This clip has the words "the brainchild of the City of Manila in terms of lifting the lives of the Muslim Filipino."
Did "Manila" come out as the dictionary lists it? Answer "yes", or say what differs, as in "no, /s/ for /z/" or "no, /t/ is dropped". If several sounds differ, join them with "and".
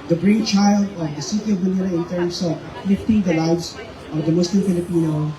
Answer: no, /n/ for /l/